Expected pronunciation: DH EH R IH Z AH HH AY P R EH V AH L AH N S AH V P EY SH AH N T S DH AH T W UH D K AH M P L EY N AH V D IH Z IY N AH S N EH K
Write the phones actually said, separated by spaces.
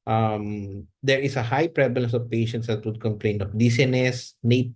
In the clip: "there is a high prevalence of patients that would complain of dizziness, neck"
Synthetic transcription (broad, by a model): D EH R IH S AH HH AY P R EH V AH L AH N S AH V P EY SH AH N T S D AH T W UH D K AH M P L EY N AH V D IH S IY N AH S N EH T